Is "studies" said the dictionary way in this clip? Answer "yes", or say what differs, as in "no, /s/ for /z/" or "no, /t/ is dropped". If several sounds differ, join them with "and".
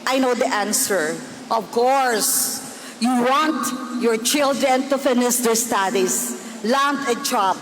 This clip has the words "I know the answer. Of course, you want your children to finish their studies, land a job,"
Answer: no, /s/ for /z/